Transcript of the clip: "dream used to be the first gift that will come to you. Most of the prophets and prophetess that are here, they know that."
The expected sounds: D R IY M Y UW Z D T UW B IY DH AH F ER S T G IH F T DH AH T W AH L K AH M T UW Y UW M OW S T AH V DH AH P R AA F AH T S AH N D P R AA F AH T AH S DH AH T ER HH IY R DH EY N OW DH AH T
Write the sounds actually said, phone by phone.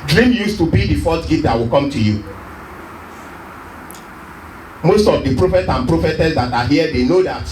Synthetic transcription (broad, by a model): D R IY M Y UW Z T UW B IY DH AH F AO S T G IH T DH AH T W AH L K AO M T UW Y UW M OW S T AH V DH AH P R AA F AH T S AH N P R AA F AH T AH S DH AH T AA HH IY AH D EY N OW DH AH T